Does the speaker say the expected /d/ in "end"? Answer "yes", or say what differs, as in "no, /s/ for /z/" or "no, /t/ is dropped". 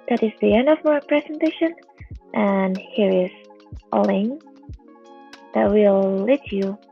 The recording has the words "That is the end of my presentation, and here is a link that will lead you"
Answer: yes